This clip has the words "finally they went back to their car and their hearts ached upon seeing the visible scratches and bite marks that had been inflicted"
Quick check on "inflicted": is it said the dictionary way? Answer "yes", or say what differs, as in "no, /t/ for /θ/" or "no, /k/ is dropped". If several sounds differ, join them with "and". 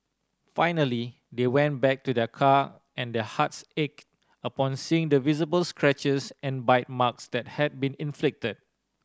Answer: yes